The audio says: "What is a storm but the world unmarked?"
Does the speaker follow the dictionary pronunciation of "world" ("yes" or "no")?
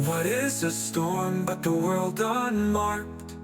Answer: yes